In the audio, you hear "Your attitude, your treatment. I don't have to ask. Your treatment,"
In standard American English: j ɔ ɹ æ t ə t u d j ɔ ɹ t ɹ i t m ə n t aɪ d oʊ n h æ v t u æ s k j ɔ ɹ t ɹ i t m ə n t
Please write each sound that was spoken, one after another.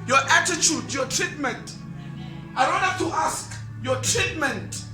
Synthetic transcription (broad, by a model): j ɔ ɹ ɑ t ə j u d j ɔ t ɹ i t m ə n t aɪ d oʊ n h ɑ f t u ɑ s k j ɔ t ɹ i t m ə n t